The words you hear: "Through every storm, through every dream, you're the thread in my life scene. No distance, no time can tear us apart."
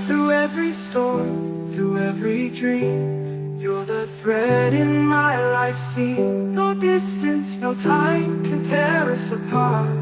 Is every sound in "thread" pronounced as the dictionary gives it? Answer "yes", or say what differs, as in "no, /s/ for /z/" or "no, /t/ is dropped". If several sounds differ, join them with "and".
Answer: yes